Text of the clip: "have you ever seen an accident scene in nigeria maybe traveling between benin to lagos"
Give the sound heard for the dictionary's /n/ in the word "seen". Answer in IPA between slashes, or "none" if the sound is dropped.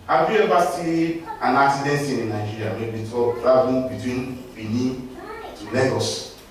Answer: none